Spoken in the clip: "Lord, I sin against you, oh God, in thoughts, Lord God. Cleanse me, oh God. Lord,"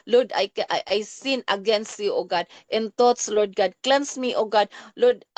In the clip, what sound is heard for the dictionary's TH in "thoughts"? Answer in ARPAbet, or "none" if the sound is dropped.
T